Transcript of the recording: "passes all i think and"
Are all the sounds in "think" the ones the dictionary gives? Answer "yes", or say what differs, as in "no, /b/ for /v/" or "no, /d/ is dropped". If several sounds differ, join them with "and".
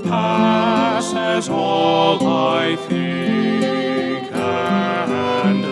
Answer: no, /ŋ/ is dropped